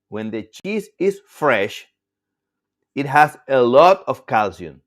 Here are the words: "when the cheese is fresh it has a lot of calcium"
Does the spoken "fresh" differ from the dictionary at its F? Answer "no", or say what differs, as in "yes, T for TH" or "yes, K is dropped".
no